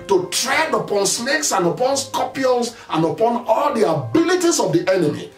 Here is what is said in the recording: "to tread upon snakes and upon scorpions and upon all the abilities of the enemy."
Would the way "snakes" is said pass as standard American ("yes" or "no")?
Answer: no